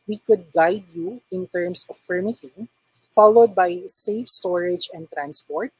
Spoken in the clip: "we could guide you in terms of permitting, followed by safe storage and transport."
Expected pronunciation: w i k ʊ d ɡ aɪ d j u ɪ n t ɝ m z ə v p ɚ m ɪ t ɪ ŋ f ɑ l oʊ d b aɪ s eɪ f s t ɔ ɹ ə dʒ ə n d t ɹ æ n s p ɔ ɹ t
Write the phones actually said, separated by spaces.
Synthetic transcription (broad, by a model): w i k ʊ d ɡ aɪ d j u ɪ n t ɝ m s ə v p ɚ m ɪ t ɪ ŋ f ɑ l oʊ d b aɪ s eɪ f s t ɔ ɹ ə dʒ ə n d t ɹ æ n s p ɔ ɹ t